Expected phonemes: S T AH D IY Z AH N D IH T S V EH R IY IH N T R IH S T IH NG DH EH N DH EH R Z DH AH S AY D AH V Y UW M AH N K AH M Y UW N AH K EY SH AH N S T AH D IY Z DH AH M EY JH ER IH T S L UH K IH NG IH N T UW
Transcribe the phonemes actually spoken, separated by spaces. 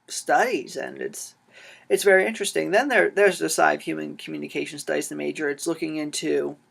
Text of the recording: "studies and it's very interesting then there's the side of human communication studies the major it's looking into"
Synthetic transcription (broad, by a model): S T AH D IY Z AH N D IH T S V EH R IY IH N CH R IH S T IH NG DH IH N DH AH R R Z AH S AY AH V Y UW M AH N K M Y UW N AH K EY SH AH N S T AH D IY Z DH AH M EY JH ER IH T S L UH K IH NG IH N T UW